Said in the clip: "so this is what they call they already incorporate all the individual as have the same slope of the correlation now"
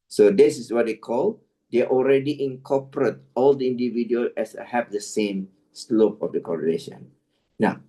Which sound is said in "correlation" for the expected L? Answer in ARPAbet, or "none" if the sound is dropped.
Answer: N